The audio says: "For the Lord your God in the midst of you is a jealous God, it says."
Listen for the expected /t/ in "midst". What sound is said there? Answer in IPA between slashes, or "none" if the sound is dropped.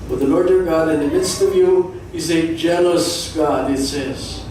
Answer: /t/